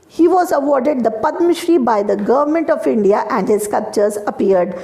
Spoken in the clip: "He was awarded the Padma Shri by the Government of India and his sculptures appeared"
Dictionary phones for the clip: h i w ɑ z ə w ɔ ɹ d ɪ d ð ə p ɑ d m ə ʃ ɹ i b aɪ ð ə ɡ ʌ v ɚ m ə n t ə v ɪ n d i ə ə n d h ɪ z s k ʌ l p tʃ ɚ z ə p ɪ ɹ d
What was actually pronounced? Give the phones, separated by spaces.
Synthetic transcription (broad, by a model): h i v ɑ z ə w ɔ ɹ d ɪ d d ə p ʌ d m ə ʃ ɹ i b aɪ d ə ɡ ʌ v ɚ m ə n t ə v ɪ n d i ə ə n d h ɪ z k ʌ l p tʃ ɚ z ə p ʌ ɹ d